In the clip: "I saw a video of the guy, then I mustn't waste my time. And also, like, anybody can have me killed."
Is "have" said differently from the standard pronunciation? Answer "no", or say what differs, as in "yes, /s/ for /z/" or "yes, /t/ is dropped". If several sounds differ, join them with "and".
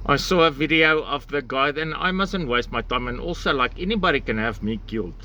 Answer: no